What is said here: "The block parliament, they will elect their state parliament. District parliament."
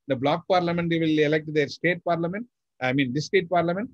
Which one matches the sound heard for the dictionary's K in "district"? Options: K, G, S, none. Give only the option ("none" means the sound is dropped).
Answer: none